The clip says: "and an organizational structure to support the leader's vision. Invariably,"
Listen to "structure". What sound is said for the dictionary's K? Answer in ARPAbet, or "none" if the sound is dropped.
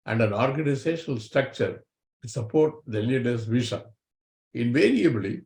K